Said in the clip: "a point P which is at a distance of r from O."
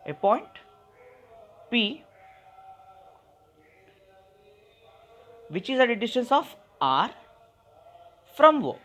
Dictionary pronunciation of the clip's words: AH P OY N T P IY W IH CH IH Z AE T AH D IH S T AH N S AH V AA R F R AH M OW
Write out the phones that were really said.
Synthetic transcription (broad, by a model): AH P OY N T P IY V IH CH IH Z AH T AH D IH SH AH N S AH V AA R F R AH M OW